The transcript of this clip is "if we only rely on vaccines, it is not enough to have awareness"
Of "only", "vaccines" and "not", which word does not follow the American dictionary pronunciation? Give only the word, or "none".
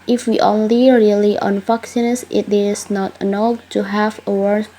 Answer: vaccines